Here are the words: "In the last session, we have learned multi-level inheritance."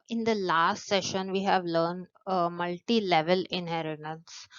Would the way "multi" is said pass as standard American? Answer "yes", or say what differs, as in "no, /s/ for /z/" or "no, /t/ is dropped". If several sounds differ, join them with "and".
yes